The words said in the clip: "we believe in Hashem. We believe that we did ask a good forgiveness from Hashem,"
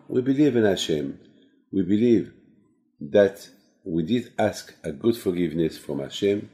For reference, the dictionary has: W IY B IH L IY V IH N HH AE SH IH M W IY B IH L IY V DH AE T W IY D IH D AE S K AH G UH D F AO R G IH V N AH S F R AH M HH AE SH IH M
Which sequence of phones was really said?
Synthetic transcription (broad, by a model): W IY B IH L IY V IH N HH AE SH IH M W IY B IH L IY V DH AE T W IY D IH D AE S K AH G UH D F AO R G IH V N AH S F R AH M HH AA SH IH M